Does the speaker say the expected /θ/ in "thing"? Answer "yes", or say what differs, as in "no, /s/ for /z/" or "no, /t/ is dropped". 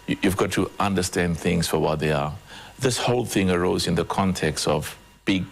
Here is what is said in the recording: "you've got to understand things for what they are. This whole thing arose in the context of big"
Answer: yes